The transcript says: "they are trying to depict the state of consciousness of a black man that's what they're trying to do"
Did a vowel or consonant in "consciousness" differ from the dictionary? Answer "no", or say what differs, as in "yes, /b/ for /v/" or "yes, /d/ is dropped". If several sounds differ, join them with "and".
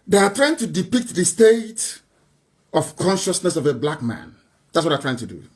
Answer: no